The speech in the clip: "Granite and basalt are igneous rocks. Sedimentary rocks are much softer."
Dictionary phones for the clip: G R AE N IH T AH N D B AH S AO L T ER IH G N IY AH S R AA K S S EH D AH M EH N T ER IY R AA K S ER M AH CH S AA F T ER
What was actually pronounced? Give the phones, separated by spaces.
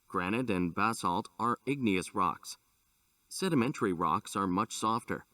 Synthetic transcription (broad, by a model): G R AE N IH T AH N B AH S AO L T ER IH G N IY AH S R AA K S S EH D AH M EH N T ER IY R AA K S ER M AH CH S AA F T ER